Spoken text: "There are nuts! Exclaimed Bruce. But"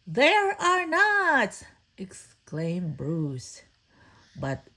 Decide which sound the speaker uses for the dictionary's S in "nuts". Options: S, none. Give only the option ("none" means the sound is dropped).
none